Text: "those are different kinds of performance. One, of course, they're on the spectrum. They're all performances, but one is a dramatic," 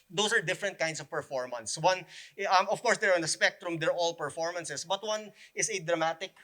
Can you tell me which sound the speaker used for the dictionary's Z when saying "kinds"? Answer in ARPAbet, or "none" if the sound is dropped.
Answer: S